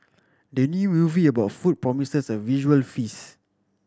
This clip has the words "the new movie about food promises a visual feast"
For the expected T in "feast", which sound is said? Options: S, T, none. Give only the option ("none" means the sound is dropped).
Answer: none